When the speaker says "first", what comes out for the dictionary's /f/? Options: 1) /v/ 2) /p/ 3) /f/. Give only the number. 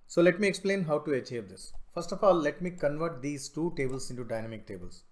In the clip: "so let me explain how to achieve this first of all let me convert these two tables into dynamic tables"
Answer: 3